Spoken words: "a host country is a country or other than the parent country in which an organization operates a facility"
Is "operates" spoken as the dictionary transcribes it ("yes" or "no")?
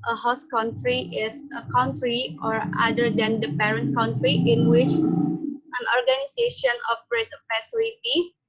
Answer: no